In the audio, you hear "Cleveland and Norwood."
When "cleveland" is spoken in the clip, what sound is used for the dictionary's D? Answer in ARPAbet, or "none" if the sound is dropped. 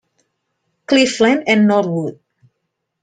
none